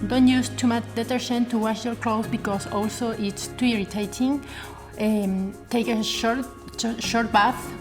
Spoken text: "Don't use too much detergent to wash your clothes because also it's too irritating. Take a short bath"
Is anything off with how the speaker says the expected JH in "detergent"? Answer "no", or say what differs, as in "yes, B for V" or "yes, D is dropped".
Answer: yes, SH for JH